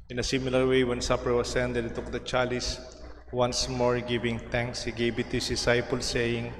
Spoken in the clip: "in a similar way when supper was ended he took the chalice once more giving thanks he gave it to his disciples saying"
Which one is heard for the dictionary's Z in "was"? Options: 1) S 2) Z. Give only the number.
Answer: 1